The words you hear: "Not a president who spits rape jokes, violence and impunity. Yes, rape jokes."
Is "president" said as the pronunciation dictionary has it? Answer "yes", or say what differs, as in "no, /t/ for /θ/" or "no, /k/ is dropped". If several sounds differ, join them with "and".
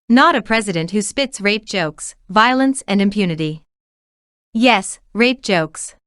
yes